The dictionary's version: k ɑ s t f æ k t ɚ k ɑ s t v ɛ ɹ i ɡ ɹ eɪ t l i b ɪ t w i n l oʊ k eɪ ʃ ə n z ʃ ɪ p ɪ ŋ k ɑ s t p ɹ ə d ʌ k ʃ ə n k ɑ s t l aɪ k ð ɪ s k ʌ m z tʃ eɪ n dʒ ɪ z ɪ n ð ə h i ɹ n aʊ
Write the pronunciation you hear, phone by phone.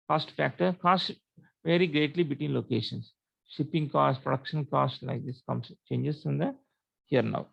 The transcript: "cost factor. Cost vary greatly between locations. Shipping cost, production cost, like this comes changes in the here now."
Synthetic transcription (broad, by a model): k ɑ s t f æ k t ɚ k ɑ s t v ɛ ɹ i ɡ ɹ eɪ t l i b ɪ t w i n l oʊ k eɪ ʃ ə n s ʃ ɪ p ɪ ŋ k ɑ s t p ɹ ə d ʌ k ʃ ə n k ɑ s t l aɪ k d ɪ s k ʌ m s tʃ eɪ n dʒ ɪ s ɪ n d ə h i ɹ n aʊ